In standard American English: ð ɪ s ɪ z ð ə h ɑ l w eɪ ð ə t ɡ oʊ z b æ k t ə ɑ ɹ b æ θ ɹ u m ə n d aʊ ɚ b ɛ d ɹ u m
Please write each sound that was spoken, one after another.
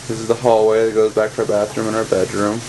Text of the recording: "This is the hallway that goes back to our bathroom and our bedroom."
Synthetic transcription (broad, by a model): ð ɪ s ɪ z ð ə h ɑ l w eɪ ð ə t ɡ oʊ z b æ k t ə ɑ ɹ b æ θ ɹ u m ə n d aʊ ɚ b ɛ d ɹ u m